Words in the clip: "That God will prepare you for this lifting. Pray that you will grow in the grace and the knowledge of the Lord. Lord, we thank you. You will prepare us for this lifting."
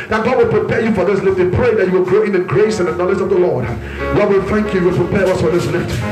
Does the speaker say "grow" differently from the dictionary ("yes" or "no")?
no